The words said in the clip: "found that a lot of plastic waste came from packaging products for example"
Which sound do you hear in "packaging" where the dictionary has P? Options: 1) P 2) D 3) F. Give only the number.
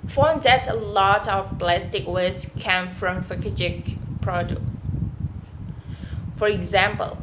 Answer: 3